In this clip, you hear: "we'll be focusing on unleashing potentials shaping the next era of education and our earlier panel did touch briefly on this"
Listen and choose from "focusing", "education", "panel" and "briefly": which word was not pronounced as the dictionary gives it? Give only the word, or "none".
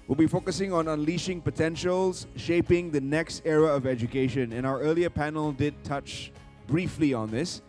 none